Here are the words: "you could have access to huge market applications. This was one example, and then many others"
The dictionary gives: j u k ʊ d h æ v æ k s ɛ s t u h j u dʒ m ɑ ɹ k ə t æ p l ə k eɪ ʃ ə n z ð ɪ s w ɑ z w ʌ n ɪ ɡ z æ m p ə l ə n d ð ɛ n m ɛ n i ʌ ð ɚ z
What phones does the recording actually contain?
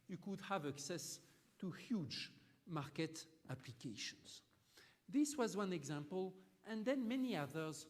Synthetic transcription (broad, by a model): j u k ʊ d h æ v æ k s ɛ s t u h j u dʒ m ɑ ɹ k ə t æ p l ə k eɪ ʃ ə n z ð ɪ s w ɑ z w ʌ n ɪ ɡ z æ m p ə l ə n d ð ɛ n m ɛ n i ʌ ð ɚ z